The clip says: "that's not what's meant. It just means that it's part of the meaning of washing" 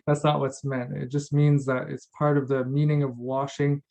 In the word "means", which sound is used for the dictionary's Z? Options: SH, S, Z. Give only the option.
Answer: Z